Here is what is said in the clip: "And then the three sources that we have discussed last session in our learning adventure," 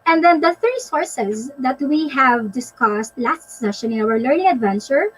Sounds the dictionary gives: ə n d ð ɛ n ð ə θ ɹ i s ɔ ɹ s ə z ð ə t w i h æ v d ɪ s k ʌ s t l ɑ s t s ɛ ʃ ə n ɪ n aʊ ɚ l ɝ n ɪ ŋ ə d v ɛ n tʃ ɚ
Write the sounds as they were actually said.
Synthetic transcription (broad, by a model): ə n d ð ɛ n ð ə θ ɹ i s ɔ ɹ s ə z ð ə t w i h æ v d ɪ s k ʌ s t l ɑ s t s ɛ ʃ ə n ɪ n aʊ ɚ l ɝ n ɪ ŋ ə d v ɛ n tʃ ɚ